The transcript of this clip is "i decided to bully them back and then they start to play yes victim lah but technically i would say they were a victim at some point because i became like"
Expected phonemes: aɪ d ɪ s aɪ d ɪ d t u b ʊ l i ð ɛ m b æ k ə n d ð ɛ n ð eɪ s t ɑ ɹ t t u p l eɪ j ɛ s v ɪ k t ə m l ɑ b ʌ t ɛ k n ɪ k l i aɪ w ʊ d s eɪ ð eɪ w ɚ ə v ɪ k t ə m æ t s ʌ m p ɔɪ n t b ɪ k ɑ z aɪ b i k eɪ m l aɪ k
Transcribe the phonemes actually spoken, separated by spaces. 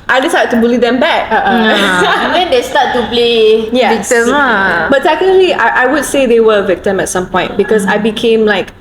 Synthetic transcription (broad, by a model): aɪ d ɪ s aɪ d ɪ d t u b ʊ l i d ɛ m b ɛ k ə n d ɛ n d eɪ s t ɑ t t u p l eɪ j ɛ v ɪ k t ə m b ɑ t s ɛ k ɪ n l i aɪ w ʊ d s eɪ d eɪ w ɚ ə v ɪ k t ə m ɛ t s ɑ m p ɔɪ n t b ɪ k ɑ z aɪ b i k eɪ m l aɪ k